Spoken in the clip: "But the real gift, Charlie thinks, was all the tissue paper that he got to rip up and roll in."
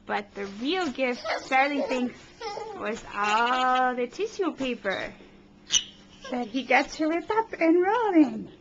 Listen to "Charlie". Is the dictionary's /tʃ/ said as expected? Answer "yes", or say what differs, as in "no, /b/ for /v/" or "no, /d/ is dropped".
no, /s/ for /tʃ/